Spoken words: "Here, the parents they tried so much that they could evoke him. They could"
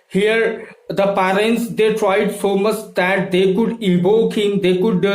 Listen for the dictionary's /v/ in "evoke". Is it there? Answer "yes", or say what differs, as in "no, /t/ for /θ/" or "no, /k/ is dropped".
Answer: no, /b/ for /v/